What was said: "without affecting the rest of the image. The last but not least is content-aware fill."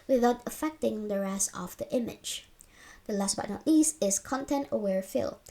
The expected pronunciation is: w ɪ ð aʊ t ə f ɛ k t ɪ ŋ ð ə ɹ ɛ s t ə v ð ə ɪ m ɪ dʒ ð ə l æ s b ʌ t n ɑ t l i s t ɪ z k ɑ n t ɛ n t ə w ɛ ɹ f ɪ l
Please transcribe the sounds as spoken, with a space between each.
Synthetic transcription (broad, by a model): w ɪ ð aʊ t ə f ɛ k t ɪ ŋ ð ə ɹ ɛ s ə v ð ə ɪ m ɪ dʒ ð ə l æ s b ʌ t n ɑ t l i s ɪ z k ɑ n t ɛ n t ə w ɛ ɹ f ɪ l